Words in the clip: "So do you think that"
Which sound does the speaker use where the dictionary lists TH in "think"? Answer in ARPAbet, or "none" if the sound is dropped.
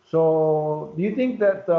T